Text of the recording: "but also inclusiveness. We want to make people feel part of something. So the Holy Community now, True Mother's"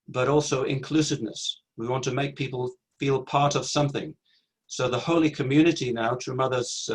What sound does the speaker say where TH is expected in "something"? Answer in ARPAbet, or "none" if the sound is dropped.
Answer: TH